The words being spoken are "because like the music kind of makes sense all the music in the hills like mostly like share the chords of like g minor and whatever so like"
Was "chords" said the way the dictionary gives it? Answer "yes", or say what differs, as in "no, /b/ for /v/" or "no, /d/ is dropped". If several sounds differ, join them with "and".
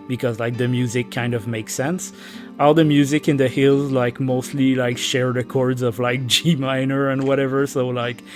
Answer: yes